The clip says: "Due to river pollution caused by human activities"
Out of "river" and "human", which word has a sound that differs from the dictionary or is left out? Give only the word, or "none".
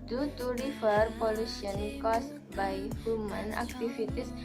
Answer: river